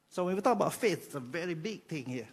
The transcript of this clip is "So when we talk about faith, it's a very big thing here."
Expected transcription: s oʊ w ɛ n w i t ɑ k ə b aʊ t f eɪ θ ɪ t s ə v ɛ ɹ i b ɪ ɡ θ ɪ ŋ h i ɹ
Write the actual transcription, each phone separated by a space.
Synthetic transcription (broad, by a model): s oʊ w ɛ n w i t ɑ k ə b aʊ t f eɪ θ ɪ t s ə v ɛ ɹ i b ɪ ɡ t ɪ ŋ h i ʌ